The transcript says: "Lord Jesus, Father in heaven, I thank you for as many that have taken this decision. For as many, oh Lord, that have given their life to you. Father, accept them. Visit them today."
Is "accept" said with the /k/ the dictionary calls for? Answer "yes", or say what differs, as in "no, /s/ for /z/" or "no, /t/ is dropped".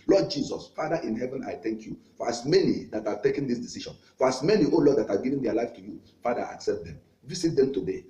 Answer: yes